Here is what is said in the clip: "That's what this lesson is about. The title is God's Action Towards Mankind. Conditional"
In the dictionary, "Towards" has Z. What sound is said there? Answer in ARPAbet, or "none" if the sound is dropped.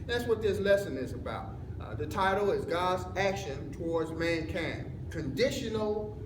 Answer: Z